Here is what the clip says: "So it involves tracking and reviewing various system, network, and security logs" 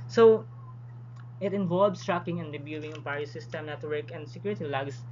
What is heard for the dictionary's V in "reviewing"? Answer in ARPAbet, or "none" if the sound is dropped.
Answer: B